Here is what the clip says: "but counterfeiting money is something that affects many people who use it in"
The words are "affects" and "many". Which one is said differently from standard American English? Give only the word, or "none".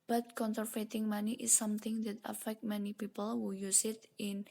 affects